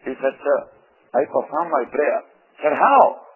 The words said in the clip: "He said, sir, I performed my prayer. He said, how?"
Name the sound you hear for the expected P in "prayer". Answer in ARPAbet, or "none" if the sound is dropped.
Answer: B